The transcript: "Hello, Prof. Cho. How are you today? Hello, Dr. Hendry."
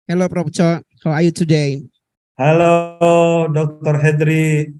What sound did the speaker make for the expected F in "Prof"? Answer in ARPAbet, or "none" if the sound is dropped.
P